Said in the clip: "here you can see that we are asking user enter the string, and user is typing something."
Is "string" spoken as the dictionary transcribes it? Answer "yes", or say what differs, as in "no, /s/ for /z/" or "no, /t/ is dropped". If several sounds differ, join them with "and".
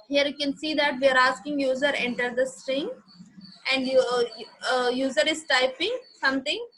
yes